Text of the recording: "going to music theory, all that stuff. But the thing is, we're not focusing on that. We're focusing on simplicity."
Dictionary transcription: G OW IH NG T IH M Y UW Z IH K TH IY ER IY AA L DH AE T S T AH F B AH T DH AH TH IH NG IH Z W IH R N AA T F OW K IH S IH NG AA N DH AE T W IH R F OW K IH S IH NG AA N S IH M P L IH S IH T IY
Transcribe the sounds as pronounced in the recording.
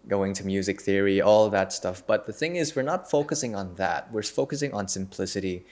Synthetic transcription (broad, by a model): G OW IH NG T IH M Y UW Z IH K TH IY ER IY AA L DH AE T S T AH F B AH T DH AH TH IH NG IH Z W IH R N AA T F OW K IH S IH NG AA N DH AE T W IH R F OW K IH S IH NG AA N S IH M P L IH S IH T IY